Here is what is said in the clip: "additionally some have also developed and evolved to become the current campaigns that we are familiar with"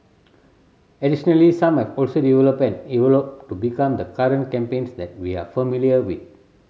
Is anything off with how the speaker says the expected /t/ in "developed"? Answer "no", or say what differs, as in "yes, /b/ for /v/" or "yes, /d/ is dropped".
yes, /t/ is dropped